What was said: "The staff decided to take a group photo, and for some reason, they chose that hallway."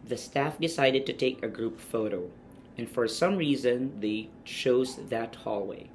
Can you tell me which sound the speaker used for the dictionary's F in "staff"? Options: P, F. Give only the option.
F